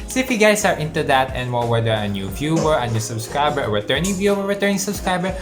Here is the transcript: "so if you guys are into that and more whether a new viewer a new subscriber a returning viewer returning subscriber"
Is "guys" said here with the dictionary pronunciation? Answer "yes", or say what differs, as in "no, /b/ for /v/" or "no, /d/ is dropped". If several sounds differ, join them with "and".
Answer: no, /s/ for /z/